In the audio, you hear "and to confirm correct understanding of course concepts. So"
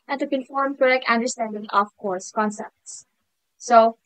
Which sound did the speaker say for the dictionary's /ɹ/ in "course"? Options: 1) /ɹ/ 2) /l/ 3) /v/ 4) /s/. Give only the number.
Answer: 1